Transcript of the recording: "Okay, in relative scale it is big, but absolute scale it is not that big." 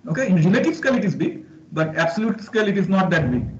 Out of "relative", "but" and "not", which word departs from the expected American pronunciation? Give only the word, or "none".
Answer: relative